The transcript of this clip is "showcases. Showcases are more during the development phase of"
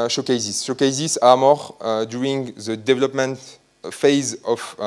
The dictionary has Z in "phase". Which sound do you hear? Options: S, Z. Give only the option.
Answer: Z